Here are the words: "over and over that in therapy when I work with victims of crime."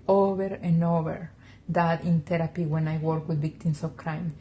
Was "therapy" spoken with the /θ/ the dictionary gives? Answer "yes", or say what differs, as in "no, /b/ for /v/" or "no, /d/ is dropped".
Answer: no, /t/ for /θ/